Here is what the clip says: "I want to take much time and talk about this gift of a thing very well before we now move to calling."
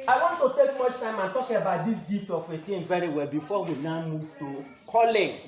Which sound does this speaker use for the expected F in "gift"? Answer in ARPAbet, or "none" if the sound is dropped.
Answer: none